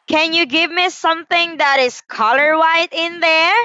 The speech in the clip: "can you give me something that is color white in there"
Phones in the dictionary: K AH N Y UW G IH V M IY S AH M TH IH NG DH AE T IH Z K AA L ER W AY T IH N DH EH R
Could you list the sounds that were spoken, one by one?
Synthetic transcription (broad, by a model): K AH N Y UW G IH V M IY S AH M TH IH NG DH AE T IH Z K AA L ER W AY T IH N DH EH R